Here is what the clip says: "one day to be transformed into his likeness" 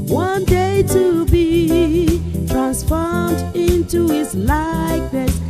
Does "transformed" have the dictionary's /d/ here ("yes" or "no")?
yes